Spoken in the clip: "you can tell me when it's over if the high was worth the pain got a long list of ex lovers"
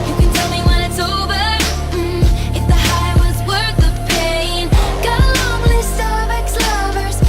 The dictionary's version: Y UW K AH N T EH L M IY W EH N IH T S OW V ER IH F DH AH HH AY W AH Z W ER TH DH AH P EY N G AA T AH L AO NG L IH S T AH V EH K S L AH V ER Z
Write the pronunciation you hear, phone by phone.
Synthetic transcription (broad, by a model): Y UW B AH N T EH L M IY W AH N IH T S OW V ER IH F DH AH HH AY W AH Z W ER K DH AH P EY N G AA AH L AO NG L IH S AH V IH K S L AH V ER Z